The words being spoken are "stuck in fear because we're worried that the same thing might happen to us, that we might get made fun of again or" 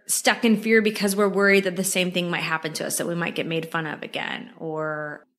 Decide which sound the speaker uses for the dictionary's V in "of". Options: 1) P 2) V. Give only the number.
2